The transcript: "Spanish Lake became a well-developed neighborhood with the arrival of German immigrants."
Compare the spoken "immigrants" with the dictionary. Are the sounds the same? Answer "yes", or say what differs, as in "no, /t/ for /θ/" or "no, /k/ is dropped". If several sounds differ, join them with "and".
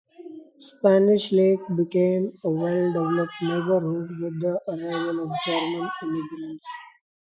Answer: no, /l/ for /ɹ/